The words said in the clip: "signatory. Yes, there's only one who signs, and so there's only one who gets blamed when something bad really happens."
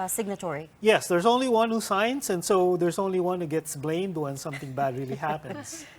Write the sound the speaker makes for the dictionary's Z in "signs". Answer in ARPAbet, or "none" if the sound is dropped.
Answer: S